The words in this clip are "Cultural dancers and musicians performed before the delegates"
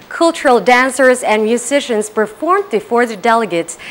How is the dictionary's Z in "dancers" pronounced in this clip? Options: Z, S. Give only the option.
Z